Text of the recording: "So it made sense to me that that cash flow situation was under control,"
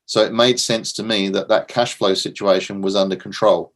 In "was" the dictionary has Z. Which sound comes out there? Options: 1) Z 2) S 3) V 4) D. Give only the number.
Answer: 1